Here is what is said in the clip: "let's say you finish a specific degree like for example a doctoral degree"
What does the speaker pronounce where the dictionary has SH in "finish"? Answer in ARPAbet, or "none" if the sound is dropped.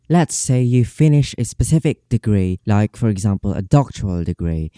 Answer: SH